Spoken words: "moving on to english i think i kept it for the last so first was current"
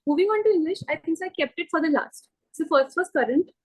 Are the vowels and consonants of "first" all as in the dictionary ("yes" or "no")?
yes